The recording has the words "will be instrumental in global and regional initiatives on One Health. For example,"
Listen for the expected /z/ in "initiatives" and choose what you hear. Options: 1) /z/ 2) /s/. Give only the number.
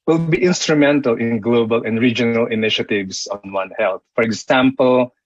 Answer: 2